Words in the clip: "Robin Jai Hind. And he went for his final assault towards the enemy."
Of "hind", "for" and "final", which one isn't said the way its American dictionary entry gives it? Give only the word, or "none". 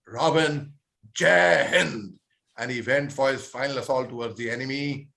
hind